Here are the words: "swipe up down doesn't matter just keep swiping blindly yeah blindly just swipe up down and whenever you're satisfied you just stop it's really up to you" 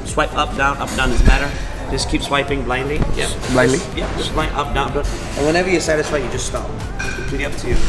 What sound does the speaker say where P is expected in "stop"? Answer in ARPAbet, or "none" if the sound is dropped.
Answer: none